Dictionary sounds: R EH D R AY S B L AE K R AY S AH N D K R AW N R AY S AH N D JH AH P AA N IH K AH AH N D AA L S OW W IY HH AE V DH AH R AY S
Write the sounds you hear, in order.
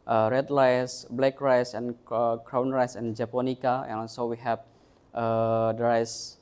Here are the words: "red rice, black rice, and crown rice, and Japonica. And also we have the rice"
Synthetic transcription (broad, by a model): R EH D L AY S B L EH K R AY S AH N K R AW N R AY S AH N JH AH P AA N IH K AH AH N AA L S OW W IY HH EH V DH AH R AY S